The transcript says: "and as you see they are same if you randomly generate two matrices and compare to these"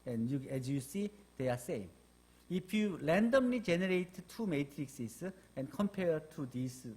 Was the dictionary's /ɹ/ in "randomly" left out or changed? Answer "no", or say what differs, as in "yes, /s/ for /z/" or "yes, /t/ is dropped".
yes, /l/ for /ɹ/